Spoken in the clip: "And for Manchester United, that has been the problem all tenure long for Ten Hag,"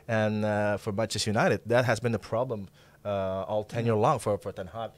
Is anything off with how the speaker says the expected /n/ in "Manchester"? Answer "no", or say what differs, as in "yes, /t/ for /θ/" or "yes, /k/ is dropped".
yes, /n/ is dropped